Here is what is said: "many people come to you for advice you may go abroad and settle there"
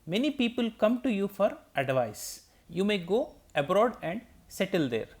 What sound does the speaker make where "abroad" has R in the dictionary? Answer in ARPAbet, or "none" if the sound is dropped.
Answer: R